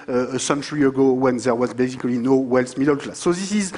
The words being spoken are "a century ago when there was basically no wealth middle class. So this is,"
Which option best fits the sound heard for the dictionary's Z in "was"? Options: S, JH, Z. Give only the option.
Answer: Z